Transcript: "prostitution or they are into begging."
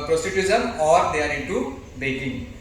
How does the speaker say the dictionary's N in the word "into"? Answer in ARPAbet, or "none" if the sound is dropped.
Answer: none